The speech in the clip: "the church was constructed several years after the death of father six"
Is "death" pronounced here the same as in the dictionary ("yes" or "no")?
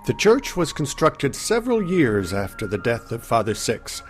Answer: yes